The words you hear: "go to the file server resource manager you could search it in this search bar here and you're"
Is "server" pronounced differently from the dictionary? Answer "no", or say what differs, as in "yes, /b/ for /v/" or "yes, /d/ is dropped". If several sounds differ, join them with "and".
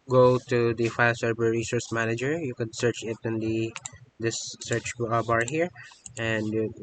yes, /b/ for /v/